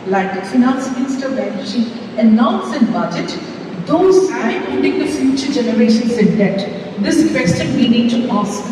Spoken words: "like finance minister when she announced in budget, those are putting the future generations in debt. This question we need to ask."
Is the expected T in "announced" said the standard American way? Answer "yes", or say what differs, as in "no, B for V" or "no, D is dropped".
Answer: no, T is dropped